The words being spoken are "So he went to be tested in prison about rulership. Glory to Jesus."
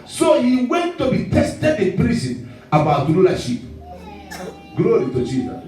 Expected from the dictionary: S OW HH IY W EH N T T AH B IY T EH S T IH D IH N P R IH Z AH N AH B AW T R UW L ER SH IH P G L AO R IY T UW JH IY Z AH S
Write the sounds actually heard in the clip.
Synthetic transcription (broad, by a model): S OW HH IY W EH N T T AH B IY T EH S T IH D IH N P R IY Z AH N AH B AW T L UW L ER SH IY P G L AO R IY T UW JH IY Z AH S